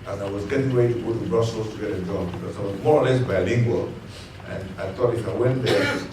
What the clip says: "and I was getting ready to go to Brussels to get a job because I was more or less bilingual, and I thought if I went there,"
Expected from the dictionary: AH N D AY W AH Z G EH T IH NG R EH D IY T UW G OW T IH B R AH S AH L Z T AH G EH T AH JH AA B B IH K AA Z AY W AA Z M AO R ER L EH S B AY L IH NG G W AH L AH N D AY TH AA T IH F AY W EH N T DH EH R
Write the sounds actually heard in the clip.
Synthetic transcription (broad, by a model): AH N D AY W AH Z G EH T IH NG W EH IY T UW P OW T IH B R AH S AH L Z T AH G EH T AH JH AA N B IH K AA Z AY W AA Z M AO R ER L EH S B AY L IH NG G W AH L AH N AY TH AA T IH F AY W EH N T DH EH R